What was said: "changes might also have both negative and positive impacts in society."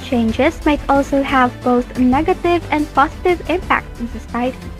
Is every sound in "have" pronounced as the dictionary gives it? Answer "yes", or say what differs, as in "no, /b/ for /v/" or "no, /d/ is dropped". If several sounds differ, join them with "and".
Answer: yes